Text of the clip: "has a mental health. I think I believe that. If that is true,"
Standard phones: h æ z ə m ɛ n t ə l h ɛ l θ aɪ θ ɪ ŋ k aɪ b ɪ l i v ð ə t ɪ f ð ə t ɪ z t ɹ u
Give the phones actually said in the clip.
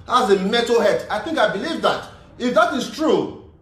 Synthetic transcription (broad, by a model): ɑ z ə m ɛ t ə h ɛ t aɪ θ ɪ ŋ k aɪ b ɪ l i v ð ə t ɪ f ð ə t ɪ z t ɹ u